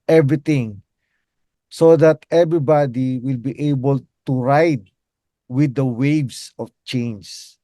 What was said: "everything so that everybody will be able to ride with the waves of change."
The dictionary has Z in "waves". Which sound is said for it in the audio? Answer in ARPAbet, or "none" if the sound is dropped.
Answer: S